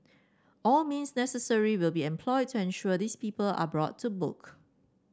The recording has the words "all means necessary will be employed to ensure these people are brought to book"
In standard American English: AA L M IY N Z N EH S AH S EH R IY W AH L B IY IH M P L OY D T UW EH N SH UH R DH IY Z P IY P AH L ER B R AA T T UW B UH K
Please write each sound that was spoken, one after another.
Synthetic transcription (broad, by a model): AA L M IY N S N EH S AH S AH R IY W AH L B IY IH M P L OY D T UW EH N SH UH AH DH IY S P IY P AH L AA B R AA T T UW B UH K